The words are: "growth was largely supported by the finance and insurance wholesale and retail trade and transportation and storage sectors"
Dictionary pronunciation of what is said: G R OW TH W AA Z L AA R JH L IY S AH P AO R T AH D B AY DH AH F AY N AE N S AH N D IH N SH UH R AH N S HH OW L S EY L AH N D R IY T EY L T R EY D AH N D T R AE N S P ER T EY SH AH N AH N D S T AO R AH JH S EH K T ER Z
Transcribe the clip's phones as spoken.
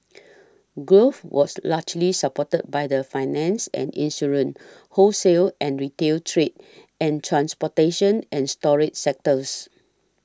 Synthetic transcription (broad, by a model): G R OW F W AA S L AA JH L IY S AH P AO T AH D B AY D AH F AY N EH N S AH N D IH N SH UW R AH N HH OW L S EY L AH N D R IY T EY L T R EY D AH N T R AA N S P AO T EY SH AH N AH N S T AO R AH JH S EH K T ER S